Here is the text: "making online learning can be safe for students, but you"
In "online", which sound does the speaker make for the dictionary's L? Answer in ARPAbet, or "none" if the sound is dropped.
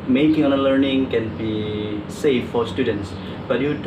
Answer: none